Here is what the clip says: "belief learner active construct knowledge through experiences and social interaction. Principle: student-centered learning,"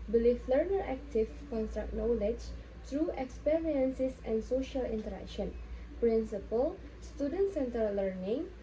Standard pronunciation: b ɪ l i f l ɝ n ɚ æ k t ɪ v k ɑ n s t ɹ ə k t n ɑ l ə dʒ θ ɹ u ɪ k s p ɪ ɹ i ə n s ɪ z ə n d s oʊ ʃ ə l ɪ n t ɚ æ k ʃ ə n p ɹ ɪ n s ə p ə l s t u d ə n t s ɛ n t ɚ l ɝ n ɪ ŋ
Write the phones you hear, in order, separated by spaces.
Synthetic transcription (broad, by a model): b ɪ l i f l ɝ n ɚ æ k t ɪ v k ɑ n s t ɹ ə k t n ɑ l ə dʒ t ɹ u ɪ k s p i ɹ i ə n s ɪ s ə n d s oʊ ʃ ə l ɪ n t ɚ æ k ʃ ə n p ɹ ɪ n s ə p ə l s t u d ə n t s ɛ n t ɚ l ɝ n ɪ ŋ